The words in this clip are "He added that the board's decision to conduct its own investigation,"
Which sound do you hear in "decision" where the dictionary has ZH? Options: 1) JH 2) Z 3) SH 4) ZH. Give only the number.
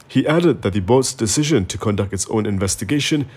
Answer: 4